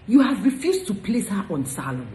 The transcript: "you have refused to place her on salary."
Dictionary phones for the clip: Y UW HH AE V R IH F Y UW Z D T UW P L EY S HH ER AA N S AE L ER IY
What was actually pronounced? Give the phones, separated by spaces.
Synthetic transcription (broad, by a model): Y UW HH AE V R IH F Y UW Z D T UW P L EY S HH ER AA N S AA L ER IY